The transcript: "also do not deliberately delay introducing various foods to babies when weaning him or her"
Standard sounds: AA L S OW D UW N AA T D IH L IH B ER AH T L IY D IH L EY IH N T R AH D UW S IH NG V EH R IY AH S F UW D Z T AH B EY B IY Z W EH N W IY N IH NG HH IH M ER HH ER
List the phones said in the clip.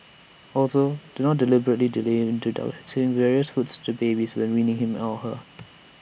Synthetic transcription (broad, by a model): AA L S OW D UW N AA T D IH L IH B ER AH T L IY D IH L EY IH N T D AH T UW IH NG V EH R IY AH S F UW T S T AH B EY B IY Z W EH N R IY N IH NG HH IH M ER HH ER